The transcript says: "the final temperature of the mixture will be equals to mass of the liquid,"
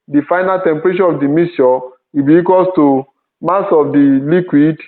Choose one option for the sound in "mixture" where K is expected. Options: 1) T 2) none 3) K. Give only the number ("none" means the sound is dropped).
2